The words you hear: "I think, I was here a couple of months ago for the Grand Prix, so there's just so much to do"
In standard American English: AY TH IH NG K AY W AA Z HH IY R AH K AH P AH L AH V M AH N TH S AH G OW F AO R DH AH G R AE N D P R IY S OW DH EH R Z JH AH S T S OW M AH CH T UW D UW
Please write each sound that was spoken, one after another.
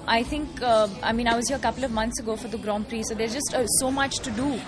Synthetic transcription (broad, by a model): AY T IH NG K AY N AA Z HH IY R AH K AH P AH L AH V M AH N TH S AH G OW F AO R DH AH G R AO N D P R IY S OW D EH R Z JH AH S T S OW M AH CH T UW D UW